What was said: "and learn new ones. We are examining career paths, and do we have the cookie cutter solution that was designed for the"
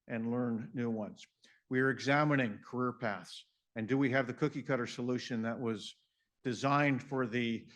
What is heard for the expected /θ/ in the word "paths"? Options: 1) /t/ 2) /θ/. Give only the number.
2